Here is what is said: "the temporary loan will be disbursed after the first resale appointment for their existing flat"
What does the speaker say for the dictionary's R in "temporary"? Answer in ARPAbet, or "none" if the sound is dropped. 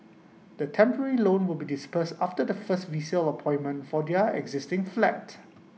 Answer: R